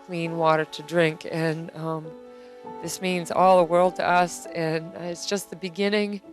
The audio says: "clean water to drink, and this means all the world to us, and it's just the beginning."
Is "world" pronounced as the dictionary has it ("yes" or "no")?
yes